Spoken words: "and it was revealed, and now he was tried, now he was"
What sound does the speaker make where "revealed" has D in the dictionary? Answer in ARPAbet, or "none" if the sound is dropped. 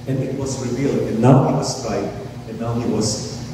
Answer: none